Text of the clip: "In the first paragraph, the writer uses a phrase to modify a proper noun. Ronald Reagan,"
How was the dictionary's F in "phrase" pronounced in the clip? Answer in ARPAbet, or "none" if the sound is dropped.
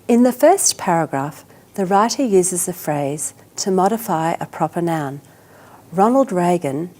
F